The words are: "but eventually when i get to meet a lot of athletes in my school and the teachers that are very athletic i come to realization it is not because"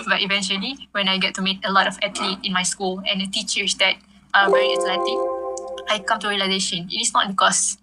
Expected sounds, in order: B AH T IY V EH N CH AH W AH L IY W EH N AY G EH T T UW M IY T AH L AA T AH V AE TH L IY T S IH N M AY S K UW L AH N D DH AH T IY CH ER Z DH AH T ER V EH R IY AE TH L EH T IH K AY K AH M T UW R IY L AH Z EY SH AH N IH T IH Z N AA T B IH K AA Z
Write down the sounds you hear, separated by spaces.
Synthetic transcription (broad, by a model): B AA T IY V EH N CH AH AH L IY W EH N AY G EH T T UW M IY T AH L AA T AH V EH T L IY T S IH N M AY S K UW L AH N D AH T IY CH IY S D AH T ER V EH R IY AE S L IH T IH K AY K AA M T UW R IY L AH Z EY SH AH N IH T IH S N AA T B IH K AA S